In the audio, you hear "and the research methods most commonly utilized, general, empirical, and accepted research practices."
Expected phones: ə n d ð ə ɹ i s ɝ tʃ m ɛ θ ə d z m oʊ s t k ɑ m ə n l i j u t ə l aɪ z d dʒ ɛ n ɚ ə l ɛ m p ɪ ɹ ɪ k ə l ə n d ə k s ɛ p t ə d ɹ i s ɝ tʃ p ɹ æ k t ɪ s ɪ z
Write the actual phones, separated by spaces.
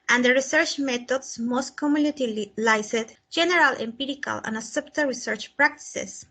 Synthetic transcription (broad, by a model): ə n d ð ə ɹ i s ɝ tʃ m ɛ t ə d s m oʊ s t k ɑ m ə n i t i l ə l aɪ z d dʒ ɛ n ɚ ə l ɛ m p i ɹ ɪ k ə l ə n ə s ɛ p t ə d ɹ i s ɝ tʃ p ɹ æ k t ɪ s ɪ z